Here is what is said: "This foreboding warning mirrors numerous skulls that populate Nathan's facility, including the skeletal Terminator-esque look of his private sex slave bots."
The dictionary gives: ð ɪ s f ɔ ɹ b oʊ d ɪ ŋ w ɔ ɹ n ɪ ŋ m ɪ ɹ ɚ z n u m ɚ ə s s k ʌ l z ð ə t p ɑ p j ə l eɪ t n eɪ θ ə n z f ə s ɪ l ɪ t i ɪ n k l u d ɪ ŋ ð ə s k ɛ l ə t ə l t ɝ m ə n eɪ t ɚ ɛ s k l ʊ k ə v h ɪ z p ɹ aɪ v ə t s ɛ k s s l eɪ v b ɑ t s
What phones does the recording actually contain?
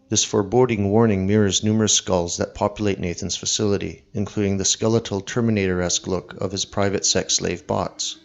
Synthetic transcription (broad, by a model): ð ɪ s f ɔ ɹ b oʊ d ɪ ŋ w ɔ ɹ n ɪ ŋ m ɪ ɹ ɚ z n u m ɚ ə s s k ʌ l z ð ə t p ɑ p j ə l eɪ t n eɪ θ ə n z f ə s ɪ l ɪ t i ɪ n k l u d ɪ ŋ ð ə s k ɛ l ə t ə l t ɝ m ə n eɪ t ɚ ɛ s k l ʊ k ə v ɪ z p ɹ aɪ v ə t s ɛ k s s l eɪ v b ɑ t s